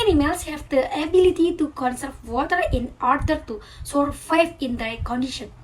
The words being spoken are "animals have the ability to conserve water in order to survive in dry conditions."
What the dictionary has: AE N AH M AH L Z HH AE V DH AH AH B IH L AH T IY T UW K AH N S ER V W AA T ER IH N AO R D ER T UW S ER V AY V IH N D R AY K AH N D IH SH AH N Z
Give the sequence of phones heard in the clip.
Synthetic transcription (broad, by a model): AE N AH M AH L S HH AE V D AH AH B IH L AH T IY T UW K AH N S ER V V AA T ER IH N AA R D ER T UW S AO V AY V IH N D AY K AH N D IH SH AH N